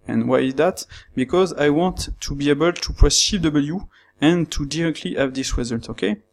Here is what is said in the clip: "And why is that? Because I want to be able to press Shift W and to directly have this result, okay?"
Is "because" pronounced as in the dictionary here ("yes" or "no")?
yes